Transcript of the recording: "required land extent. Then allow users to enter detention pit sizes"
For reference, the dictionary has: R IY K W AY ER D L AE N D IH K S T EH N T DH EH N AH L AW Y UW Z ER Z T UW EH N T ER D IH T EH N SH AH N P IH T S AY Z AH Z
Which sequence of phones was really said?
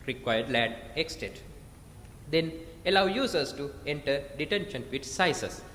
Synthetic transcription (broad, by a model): R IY K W AY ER D L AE D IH K S T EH T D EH N AH L AW Y UW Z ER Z T UW EH N T ER D IH T EH N SH AH N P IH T S AY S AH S